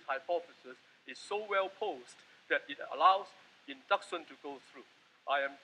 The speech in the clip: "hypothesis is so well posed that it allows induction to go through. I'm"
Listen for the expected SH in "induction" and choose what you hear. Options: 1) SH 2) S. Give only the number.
2